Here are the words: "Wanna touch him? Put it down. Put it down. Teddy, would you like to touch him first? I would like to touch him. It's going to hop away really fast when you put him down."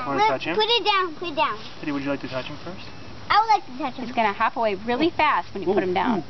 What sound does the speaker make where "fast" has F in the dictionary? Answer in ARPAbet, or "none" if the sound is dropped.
F